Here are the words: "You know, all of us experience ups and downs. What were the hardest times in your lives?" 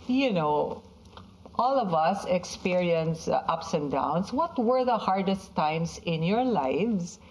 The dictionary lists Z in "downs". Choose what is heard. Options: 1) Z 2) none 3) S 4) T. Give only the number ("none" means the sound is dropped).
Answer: 3